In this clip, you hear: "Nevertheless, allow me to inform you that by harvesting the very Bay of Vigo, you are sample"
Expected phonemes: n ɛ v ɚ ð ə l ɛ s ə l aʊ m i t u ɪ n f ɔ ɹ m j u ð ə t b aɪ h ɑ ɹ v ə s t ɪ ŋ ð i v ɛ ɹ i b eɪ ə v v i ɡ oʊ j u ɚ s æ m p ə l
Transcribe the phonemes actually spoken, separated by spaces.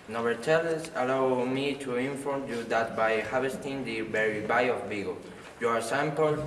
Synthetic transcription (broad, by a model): n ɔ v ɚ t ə l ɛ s ə l aʊ m i t u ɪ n f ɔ ɹ m j u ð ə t b aɪ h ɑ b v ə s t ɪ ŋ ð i b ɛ ɹ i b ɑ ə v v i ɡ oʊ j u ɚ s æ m p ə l